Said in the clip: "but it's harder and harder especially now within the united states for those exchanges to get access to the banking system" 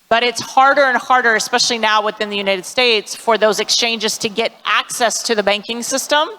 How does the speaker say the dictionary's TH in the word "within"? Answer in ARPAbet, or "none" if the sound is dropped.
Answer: TH